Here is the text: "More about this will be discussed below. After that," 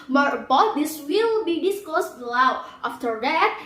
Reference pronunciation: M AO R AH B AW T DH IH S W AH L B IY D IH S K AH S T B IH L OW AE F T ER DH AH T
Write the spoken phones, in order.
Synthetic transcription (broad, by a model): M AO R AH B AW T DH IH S W AH L B IY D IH S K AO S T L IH W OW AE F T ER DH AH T